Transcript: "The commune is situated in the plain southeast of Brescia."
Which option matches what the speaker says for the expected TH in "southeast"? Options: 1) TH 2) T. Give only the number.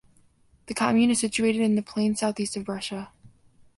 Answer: 1